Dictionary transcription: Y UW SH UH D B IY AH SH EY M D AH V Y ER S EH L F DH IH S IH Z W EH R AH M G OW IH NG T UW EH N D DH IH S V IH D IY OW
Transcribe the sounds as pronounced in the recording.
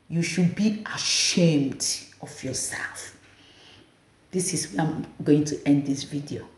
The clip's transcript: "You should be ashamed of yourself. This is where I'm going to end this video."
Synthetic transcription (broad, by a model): Y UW SH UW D B IY AH SH EY M D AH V Y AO S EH L F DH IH S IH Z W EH AH M G OW IH NG T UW EH N D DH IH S V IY D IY OW